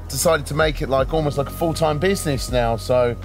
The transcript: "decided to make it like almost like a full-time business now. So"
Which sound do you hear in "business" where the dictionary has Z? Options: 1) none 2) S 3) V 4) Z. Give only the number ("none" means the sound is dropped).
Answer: 4